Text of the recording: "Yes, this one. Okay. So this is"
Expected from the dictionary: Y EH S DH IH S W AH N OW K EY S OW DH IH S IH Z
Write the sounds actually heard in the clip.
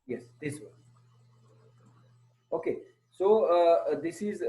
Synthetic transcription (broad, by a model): Y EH S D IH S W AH OW K EY S OW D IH S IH Z